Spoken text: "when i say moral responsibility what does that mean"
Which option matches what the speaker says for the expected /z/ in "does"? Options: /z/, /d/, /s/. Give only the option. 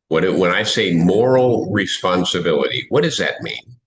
/z/